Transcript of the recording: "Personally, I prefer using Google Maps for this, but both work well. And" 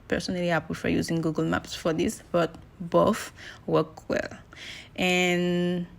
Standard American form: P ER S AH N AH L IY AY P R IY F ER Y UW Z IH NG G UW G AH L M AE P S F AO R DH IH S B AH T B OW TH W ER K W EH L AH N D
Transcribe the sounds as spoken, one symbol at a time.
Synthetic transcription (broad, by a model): P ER S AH N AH L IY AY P IY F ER Y UW Z IH NG G UW G AH L M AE P S F AO R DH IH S B AH T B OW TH W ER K W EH L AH N